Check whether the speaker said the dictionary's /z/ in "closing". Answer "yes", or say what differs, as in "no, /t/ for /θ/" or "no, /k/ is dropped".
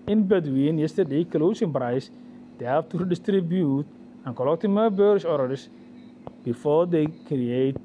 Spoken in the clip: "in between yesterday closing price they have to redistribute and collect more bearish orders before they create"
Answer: no, /s/ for /z/